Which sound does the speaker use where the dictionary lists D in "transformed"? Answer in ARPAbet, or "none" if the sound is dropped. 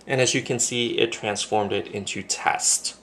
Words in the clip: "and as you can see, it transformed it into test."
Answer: D